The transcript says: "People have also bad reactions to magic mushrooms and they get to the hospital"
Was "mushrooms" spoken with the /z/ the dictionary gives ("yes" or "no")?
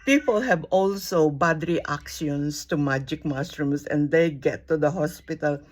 no